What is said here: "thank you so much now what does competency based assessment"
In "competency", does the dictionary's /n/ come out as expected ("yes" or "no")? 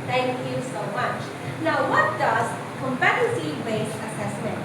no